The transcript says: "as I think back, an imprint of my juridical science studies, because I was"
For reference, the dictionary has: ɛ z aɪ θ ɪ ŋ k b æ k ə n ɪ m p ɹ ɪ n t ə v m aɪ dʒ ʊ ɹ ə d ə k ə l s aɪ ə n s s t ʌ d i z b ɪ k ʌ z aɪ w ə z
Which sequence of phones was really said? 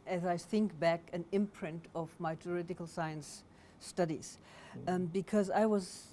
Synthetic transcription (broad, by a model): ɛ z aɪ θ ɪ ŋ k b æ k ə n ɪ m p ɹ ɪ n t ə v m aɪ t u ɹ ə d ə k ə l s aɪ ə n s s t ʌ d i z b ɪ k ʌ z aɪ w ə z